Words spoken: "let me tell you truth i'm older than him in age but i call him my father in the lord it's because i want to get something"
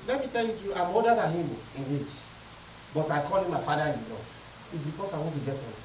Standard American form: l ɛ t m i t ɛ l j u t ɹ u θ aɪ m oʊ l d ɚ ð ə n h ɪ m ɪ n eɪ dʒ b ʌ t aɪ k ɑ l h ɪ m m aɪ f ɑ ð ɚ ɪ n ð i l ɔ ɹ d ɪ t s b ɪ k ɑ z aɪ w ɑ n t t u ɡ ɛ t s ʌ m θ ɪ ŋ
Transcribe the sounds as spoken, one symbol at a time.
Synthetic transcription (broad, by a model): l ɛ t m i t ɛ l j u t u aɪ m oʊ d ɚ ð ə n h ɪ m ɪ n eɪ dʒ b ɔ t aɪ k ɑ l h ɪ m m aɪ f ɑ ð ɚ ɪ n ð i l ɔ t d ɪ t s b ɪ k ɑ s aɪ w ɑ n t t u ɡ ɛ t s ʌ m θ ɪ